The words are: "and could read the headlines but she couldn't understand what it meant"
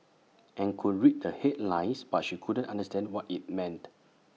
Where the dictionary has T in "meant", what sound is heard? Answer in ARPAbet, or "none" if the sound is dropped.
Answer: T